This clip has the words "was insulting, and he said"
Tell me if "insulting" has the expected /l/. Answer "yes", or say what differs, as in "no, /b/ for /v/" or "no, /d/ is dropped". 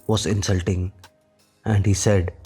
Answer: yes